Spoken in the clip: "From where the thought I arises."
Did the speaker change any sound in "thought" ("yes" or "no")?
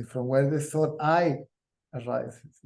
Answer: yes